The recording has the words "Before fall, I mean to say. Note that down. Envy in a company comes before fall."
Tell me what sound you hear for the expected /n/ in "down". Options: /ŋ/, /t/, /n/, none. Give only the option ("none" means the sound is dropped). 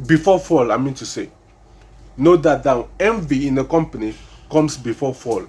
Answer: none